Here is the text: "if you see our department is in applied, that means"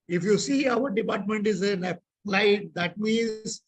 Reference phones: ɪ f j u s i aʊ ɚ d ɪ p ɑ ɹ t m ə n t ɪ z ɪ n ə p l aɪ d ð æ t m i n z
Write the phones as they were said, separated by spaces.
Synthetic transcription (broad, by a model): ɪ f j u s i aʊ ɚ d ɪ p ɑ ɹ t m ə n t ɪ z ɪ l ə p l aɪ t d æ t m i n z